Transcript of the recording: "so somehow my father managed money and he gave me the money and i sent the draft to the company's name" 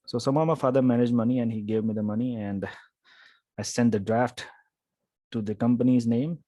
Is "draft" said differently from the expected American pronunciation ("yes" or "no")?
no